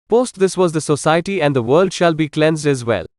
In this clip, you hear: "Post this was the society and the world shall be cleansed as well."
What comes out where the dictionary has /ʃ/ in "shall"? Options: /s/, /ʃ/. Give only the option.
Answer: /ʃ/